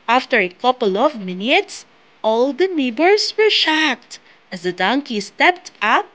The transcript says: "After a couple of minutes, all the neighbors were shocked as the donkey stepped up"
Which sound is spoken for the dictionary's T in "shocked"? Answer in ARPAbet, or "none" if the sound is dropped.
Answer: T